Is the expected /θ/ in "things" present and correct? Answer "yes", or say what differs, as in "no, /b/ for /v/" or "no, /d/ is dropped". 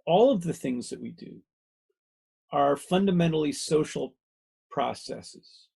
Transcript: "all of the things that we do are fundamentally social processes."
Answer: yes